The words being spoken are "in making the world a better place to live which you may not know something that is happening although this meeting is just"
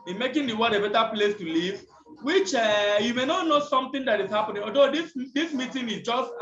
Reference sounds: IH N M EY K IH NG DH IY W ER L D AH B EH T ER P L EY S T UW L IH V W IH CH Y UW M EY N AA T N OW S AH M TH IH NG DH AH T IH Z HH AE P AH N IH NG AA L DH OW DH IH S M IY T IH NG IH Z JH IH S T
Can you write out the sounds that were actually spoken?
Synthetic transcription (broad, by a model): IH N M EY K IH NG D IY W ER D AH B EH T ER P L EY S T UW L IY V W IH CH Y UW M EY N AA T N OW S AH M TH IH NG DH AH T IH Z HH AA P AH N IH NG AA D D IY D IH S M IY T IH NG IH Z JH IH S T